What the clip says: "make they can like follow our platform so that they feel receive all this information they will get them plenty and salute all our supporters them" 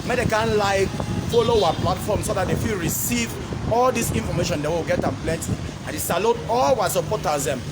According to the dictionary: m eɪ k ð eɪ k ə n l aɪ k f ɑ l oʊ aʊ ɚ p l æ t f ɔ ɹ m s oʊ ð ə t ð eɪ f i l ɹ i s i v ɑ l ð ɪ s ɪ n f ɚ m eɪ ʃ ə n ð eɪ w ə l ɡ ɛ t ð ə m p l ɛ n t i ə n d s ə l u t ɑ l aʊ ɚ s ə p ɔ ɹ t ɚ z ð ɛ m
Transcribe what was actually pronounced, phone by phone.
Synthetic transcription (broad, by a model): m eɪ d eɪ k ə n l aɪ k f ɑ l oʊ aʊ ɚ p l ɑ t f ɔ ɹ m s oʊ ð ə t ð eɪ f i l ɹ i s i v ɑ l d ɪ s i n f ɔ m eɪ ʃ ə n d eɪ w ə w ɡ ɛ t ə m p l ɛ n t i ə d s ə l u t ɑ l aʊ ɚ s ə p ɔ t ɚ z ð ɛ m